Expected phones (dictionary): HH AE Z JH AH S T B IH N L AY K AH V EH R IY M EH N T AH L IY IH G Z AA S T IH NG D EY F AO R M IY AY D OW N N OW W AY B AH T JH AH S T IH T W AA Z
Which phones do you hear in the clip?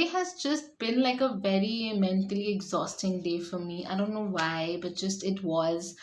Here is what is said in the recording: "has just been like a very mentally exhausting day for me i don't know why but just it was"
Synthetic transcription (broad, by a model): HH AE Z JH AH S T B IH N L AY K AH V EH R IY M EH N T AH L IY IH G Z AA S T IH NG D EY F AO R M IY AY D OW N N OW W AY B AH T JH AH S T IH T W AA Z